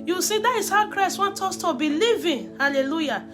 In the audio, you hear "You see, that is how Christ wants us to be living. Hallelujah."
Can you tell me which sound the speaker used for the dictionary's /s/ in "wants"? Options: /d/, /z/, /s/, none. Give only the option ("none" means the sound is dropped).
none